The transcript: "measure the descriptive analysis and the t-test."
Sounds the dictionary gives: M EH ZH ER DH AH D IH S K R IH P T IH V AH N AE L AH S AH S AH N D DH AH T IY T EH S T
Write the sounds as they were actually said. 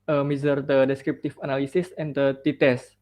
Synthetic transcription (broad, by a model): M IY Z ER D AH D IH S K R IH P T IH F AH N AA L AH S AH S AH N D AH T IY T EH S